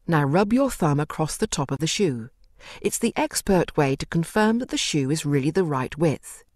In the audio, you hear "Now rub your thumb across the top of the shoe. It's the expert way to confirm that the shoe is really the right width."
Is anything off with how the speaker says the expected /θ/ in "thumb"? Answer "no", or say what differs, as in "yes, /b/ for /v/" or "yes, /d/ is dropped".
no